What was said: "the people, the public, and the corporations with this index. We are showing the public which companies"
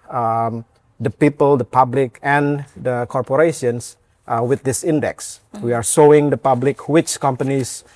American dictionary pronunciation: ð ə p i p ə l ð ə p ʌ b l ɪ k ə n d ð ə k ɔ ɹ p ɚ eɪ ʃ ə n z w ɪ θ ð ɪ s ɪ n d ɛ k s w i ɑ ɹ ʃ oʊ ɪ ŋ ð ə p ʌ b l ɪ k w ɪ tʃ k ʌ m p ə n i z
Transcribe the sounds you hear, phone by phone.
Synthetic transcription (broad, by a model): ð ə p i p ə l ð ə p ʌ b l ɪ k ə n d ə k ɔ ɹ p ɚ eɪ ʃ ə n s w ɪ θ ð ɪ s ɪ n d ɛ k s w i ɑ ɹ s oʊ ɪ ŋ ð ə p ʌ b l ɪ k w ɪ tʃ k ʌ m p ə n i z